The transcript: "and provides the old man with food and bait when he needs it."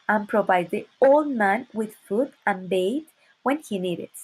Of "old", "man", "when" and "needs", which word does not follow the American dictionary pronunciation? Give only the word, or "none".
needs